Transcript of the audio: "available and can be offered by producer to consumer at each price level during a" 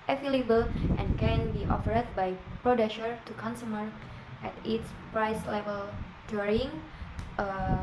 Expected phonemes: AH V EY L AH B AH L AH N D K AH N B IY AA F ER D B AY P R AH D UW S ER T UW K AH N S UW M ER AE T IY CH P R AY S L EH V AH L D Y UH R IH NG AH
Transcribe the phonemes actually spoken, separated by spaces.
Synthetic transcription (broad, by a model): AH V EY L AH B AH L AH N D K AH N B IY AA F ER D B AY P R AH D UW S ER T UW K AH N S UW M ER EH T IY S P R AY S L EH V AH L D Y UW R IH NG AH